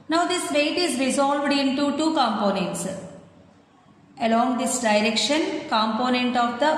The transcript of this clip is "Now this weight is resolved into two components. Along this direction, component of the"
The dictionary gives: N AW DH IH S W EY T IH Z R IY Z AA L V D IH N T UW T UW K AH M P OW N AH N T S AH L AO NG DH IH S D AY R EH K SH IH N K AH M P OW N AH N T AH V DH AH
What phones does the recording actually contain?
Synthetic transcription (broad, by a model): N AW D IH S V EY T IH Z R IY Z AA L V D IH N T UW T UW K AH M P OW N AH N T S AH L AO NG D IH S D AY R EH K SH IH N K AH M P OW N AH N T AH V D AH